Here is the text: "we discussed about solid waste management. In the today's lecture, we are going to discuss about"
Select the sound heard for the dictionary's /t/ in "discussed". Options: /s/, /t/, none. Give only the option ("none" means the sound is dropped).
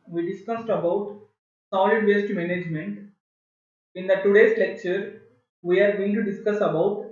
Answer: /t/